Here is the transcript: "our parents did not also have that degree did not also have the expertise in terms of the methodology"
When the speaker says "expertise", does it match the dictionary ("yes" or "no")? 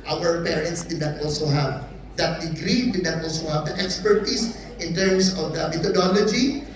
no